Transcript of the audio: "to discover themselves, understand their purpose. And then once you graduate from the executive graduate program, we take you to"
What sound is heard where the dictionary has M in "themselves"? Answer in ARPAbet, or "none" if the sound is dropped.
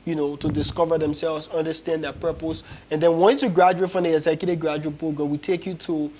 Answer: M